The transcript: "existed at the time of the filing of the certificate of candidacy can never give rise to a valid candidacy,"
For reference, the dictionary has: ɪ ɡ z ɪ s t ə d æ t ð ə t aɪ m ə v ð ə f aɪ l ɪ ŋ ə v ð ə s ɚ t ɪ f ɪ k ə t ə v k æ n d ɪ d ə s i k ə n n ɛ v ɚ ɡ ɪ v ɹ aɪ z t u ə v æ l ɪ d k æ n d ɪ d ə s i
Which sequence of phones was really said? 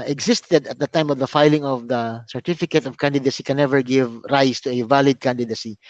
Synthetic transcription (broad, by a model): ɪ ɡ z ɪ s t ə d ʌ t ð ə t aɪ m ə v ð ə f aɪ l ɪ ŋ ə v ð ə s ɚ t ɪ f ɪ k ə t ə v k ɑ n d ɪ d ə s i k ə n n ɛ v ɚ ɡ ɪ v ɹ aɪ s t u ə v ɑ l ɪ d k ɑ n d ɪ d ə s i